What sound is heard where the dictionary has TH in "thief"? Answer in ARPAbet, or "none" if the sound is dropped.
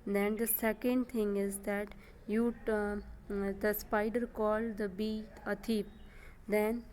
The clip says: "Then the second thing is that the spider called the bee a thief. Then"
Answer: T